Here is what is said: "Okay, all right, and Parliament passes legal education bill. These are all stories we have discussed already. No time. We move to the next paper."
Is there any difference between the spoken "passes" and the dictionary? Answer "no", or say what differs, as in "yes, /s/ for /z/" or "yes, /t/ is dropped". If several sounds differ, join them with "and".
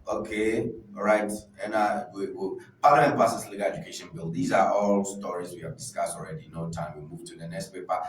yes, /s/ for /z/